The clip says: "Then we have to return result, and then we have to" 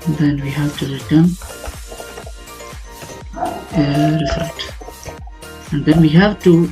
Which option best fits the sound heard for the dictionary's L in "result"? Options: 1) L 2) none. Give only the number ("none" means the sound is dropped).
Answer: 2